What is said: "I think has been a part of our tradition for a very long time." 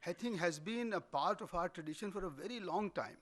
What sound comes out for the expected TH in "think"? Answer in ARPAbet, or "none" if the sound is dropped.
T